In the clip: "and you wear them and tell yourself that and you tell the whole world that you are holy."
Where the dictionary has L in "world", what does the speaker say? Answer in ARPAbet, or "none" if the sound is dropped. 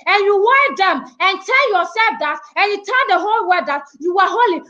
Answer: none